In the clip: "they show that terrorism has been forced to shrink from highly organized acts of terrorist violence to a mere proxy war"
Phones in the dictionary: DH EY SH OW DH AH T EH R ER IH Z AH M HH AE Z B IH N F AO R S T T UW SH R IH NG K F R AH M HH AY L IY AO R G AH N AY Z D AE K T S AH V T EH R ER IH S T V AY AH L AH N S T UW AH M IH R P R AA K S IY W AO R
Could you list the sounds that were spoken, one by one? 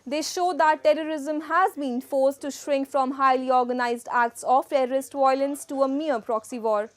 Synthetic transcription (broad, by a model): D EY SH OW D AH T EH R ER IH Z AH M HH AE Z B IH N F AO R S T T UW SH R IH NG K F R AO M HH AY L IY AO R G AH N AY Z D AE K T S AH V T EH R ER IH S T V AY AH L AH N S T UW AH M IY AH P R AA K S IY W AO R